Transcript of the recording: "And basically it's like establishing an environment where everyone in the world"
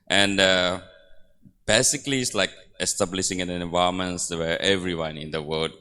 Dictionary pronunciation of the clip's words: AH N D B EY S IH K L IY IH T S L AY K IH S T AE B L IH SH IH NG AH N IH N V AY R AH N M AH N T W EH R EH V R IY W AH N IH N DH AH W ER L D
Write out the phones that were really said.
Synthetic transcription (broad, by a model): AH N D B EY S IH K L IY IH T S L AY K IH S T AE B L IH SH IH NG AH N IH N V AY AH M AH N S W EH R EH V R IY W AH N IH N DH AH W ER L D